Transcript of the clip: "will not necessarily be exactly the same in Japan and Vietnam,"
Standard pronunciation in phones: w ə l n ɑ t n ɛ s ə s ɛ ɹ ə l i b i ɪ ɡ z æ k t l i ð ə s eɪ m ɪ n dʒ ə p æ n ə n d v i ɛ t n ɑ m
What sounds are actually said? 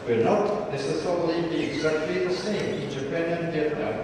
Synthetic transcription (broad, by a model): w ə n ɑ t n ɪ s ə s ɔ ə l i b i ɪ ɡ z æ k t l i ð ə s eɪ m ɪ n dʒ ə p æ n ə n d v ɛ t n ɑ